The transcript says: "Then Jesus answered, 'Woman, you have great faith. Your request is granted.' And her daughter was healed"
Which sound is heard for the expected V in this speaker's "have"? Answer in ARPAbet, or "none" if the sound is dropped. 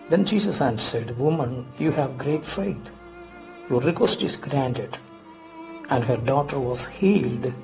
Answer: V